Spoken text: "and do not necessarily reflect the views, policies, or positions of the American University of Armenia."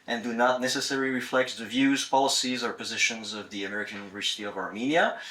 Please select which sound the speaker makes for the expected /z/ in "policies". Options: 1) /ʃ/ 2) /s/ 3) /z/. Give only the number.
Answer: 3